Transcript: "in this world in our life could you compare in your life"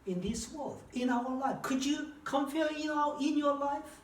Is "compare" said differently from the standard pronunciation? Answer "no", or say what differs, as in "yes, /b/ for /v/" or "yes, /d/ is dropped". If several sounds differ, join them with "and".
yes, /f/ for /p/